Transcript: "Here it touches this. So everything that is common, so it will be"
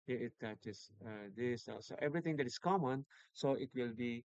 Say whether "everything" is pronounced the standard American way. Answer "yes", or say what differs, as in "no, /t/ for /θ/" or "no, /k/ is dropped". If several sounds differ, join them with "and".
no, /t/ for /θ/